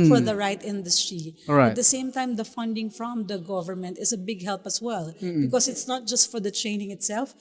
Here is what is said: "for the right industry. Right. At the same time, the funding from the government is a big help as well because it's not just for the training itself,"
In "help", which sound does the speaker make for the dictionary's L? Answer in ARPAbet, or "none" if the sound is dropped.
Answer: L